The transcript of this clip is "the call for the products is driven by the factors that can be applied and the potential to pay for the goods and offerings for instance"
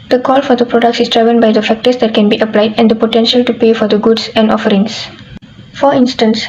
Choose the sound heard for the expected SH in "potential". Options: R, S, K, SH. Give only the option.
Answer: SH